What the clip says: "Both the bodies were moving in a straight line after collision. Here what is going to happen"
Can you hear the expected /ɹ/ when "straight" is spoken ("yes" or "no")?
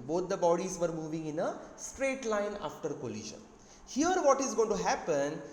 yes